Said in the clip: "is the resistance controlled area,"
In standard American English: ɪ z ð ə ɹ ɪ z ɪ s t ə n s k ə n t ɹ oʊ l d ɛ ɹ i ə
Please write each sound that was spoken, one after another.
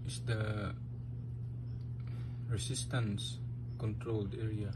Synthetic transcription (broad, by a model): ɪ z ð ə ɹ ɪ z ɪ s t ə n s k ə n t ɹ oʊ l d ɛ ɹ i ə